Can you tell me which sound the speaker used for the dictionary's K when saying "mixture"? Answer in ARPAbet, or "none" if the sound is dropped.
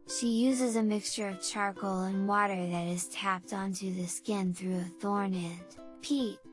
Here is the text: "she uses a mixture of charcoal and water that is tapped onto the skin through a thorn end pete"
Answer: K